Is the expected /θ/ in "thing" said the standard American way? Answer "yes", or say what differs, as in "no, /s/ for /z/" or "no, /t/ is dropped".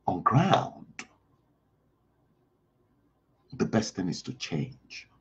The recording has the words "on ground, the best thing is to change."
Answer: yes